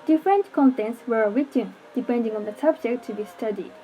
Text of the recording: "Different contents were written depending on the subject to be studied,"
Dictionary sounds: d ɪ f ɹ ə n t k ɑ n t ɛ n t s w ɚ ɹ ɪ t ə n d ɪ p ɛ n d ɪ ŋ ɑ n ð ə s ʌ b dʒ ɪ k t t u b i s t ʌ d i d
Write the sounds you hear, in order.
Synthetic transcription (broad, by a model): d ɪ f ɹ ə n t k ɑ n t ɛ n t s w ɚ w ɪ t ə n d ɪ p ɛ n d ɪ ŋ ɑ n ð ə s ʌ b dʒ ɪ k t t u b i s t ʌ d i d